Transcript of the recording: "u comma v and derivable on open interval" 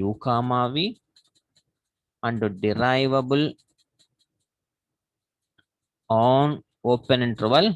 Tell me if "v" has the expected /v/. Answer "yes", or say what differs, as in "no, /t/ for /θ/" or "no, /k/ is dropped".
yes